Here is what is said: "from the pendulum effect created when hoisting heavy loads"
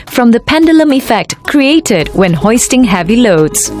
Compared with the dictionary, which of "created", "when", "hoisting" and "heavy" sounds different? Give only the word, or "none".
none